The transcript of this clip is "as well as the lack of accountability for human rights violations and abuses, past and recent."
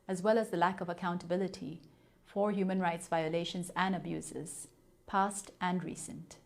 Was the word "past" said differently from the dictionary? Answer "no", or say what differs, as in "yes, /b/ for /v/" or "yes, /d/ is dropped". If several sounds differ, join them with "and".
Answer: no